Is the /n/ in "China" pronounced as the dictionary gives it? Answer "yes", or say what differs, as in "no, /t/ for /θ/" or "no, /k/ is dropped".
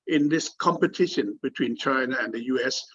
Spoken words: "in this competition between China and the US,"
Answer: yes